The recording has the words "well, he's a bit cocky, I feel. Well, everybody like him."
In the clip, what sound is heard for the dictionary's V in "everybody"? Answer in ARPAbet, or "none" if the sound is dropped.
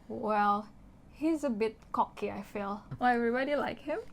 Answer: V